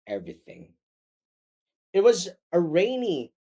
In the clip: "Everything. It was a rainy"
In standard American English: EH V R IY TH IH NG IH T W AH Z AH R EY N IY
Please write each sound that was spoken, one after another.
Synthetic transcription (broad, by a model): EH V R IY TH IH NG IH T W AH Z AH R EY N IY